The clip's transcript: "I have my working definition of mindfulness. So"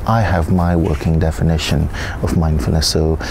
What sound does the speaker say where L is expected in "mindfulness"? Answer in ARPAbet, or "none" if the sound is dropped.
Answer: none